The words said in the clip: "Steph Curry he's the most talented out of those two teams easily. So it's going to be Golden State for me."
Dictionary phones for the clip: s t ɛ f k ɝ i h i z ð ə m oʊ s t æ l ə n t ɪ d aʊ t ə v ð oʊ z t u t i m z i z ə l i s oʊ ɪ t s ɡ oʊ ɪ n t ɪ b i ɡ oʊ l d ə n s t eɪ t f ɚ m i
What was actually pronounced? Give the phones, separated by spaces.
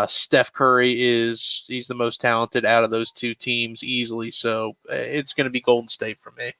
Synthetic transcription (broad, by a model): s t ɛ f k ɝ i h i z ð ə m oʊ s t æ l ə n t ɪ d aʊ t ə v ð oʊ z t u t i m z i z l i s oʊ ɪ t s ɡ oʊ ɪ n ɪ b i ɡ oʊ l d n s t eɪ t f ɚ m i